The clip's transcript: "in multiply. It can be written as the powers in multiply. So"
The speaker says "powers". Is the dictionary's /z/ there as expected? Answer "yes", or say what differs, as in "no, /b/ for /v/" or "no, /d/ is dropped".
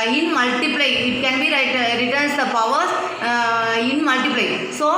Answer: no, /z/ is dropped